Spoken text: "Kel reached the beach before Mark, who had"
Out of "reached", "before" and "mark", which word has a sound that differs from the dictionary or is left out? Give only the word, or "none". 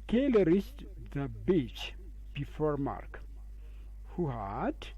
reached